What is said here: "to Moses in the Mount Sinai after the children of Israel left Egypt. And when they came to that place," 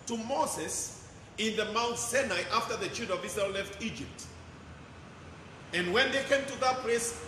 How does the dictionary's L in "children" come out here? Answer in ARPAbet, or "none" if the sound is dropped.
none